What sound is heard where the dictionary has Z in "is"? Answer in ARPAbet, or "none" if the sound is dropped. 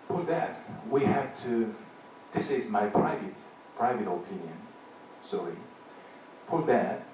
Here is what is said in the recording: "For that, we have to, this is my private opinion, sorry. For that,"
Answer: Z